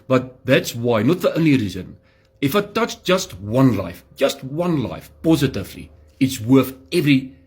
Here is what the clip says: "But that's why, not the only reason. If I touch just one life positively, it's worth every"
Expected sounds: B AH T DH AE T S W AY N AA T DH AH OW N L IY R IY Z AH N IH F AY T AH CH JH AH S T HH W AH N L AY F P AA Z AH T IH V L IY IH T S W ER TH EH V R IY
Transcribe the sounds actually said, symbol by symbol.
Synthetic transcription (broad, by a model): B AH T DH AE T S W AY N AA T DH AH OW N L IY R IY Z AH N IH F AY T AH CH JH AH S T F W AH N L AY F P AA Z AH T IH V L IY IH T S W ER TH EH V R IY